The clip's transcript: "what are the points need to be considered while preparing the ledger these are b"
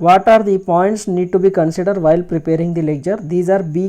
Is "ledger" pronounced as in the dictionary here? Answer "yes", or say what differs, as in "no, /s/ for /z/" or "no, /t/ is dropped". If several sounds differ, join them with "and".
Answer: no, /tʃ/ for /dʒ/